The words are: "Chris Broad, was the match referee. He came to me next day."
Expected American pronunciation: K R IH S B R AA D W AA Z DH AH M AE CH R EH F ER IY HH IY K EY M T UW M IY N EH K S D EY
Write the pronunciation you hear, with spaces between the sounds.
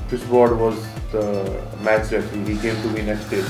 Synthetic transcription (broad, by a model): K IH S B AA D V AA Z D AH M AE CH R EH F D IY HH IY K EY M T UW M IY N EH K S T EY